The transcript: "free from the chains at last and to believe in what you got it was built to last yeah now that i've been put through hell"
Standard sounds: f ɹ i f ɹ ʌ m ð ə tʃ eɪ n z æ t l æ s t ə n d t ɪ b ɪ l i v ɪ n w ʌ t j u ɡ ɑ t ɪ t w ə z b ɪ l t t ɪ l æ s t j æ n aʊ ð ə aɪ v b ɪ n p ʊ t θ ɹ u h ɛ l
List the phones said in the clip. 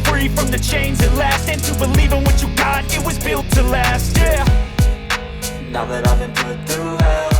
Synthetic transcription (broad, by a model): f ɹ i f ɹ ʌ m ð ə tʃ eɪ n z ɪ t l æ s t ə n t ɪ b ɪ l i v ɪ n w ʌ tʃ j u ɡ ɑ t ɪ t w ə z b ɪ l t t ɪ l æ s t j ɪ n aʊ ð ə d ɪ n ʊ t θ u